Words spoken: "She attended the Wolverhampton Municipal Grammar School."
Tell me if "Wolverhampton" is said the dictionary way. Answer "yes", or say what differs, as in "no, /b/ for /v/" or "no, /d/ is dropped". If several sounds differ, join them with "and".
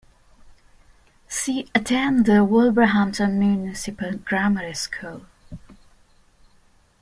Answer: no, /b/ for /v/ and /p/ is dropped